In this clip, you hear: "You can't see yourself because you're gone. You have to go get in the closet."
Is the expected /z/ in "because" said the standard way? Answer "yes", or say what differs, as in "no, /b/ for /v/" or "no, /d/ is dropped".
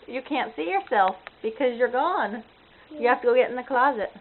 yes